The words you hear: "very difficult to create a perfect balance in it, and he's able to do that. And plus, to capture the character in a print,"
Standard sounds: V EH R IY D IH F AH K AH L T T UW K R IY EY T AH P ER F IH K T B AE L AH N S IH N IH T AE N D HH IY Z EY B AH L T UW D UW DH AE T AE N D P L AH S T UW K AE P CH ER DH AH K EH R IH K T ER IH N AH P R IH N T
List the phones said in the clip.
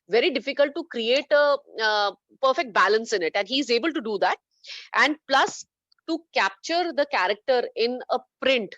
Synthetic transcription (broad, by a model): V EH R IY D IH F AH K AH L T T UW K R IY EY T AH P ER F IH K T B AE L AH N S IH N IH T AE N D HH IY Z EY B AH L T UW D UW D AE T AE N D P L AH S T UW K AE P CH ER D AH K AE R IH K T ER IH N AH P R IH N T